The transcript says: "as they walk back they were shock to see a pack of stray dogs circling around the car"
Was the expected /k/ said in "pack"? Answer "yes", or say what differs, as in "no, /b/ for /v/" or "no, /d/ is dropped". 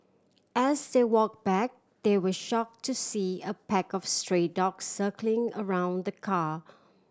yes